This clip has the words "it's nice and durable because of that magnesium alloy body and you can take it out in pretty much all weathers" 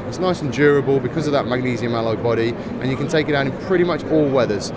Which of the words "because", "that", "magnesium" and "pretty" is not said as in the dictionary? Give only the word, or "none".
none